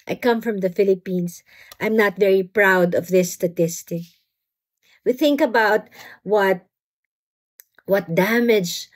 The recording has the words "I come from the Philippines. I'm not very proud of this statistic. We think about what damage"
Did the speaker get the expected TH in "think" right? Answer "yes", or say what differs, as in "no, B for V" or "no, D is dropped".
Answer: yes